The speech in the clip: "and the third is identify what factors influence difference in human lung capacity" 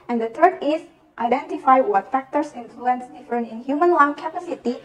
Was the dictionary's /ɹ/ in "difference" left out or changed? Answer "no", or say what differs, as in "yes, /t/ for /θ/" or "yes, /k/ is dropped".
yes, /ɹ/ is dropped